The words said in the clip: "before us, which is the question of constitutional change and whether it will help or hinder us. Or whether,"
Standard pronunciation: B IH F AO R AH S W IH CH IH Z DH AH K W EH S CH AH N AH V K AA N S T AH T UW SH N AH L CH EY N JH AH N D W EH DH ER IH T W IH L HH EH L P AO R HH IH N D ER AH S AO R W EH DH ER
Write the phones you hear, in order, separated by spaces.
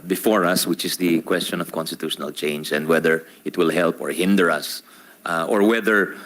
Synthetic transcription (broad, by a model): B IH F AO R AH S W IH CH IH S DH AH K W EH S CH AH N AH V K AA N S T AH T UW SH N AH L CH EY N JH AH N D W EH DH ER IH T W IH L HH EH L P AO R HH IH N D ER AH S AO R W EH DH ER